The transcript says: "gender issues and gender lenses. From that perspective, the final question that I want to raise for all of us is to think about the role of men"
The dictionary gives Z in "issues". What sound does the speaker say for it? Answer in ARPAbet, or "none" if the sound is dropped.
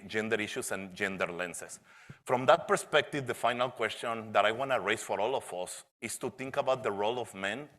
S